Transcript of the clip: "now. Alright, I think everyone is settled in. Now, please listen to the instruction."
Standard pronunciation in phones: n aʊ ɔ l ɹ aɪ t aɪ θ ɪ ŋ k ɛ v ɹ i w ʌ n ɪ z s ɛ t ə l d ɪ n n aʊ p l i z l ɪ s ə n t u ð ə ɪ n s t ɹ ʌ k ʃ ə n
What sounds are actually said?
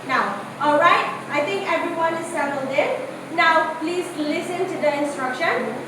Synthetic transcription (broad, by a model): n aʊ ɔ l ɹ aɪ t aɪ t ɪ ŋ k ɛ v ɹ i w ʌ n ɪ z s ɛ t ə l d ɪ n n aʊ p l i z l ɪ s ə n t u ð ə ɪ n s t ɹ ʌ k ʃ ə n